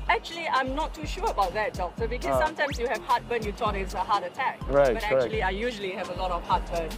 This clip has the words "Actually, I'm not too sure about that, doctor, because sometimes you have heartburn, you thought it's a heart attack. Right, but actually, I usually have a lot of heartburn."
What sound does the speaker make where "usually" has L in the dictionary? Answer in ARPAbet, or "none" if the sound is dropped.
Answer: L